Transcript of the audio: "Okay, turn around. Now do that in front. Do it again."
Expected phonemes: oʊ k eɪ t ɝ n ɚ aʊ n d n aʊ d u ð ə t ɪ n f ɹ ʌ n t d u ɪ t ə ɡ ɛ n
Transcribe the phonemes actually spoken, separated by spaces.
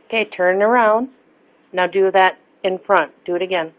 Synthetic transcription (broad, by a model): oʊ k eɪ t ɝ n ɚ aʊ n d n aʊ d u ð ə t ɪ n f ɹ ʌ n t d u ɪ t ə ɡ ɛ n